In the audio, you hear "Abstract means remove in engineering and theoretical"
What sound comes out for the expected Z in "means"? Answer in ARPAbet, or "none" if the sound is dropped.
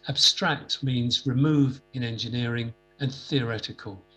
Z